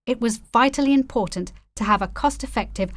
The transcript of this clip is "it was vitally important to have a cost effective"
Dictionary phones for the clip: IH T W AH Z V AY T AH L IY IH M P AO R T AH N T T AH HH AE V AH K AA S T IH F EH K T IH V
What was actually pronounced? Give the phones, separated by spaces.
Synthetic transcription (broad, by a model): IH T W AH Z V AY T L IY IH M P AO R T N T T AH V AH K AA S T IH F EH K T IH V